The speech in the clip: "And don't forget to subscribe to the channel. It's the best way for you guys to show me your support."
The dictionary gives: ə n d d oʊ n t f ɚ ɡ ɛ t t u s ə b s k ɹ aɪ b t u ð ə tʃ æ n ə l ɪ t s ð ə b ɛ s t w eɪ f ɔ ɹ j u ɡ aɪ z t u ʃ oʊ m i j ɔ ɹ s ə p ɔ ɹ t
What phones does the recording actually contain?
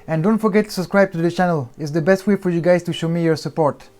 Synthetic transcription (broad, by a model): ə n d d oʊ n t f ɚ ɡ ɛ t t u s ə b s k ɹ aɪ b t u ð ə tʃ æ n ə l ɪ t s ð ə b ɛ s t w eɪ f ɔ ɹ j u ɡ aɪ s t u ʃ oʊ m i j ɔ ɹ s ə p ɔ ɹ t